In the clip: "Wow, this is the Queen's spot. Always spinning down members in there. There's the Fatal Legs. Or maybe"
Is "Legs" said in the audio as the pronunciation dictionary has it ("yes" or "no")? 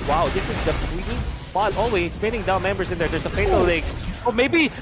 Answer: no